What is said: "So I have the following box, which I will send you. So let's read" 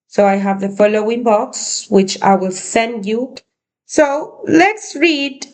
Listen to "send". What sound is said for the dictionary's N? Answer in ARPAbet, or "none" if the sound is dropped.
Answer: N